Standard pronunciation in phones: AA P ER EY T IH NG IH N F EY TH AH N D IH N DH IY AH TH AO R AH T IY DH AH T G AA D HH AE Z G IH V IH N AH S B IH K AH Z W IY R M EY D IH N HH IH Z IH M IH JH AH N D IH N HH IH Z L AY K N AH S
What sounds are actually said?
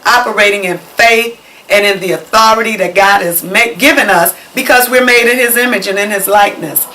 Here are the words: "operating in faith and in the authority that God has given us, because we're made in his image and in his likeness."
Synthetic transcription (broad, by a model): AA P ER EY T IH NG IH N F EY TH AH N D IH N DH IY AH TH AO R AH T IY DH AH T G AA D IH Z G IH V IH N AH S B IH K AH Z W IY R M EY D IH N IH Z IH M IH JH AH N IH N IH Z L AY K N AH S